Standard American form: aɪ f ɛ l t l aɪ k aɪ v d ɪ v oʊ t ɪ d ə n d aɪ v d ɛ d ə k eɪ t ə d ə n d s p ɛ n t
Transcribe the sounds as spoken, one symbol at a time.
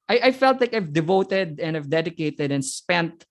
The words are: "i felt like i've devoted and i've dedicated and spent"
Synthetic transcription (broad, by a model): aɪ f ɛ l t l aɪ k aɪ v d ɪ v oʊ t ɪ d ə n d aɪ v d ɛ d ə k eɪ t ə d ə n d s p ɛ n t